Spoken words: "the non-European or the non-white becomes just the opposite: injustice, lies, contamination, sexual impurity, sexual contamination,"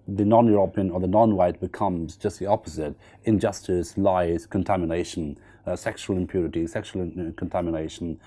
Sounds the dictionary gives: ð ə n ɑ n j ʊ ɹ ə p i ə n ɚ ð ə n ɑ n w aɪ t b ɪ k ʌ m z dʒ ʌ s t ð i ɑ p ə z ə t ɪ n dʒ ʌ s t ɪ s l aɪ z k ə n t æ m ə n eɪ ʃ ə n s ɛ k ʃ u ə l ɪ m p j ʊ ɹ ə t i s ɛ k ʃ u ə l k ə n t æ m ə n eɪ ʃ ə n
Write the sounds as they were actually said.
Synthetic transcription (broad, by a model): ð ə n ɑ n j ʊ ɹ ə p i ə n ɚ ð ə n ɑ n w aɪ t b ɪ k ʌ m z dʒ ʌ s t ð i ɑ p ə z ə t ɪ n dʒ ʌ s t ɪ s l aɪ z k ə n t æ m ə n eɪ ʃ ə n s ɛ k ʃ u ə l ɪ m p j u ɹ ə t i s ɛ k ʃ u l k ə n t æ m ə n eɪ ʃ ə n